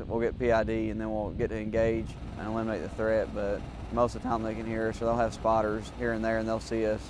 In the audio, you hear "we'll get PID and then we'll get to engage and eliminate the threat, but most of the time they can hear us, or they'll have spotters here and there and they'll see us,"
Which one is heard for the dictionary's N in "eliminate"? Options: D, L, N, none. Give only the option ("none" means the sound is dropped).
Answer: none